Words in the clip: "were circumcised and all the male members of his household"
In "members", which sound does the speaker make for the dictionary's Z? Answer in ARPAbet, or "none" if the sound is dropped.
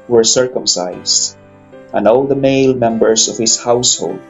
S